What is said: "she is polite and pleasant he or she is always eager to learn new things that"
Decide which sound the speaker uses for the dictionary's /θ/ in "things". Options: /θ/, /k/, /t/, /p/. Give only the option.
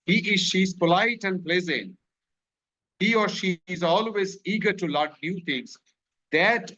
/t/